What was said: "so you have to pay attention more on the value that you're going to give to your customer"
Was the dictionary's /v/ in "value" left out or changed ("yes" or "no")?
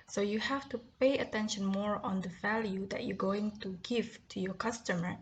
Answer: no